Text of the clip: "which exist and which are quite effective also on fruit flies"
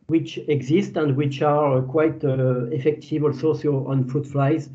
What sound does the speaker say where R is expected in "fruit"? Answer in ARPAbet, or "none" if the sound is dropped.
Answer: none